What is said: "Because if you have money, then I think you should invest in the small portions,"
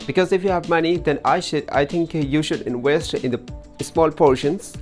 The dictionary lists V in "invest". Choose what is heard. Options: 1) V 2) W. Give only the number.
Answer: 2